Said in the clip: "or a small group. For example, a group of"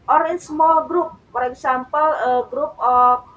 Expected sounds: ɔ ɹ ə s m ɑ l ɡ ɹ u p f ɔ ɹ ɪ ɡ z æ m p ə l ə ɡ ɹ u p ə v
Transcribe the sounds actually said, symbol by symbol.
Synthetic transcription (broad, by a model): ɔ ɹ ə s m ɑ l ɡ ɹ u p p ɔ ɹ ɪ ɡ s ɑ m p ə l ə ɡ ɹ u p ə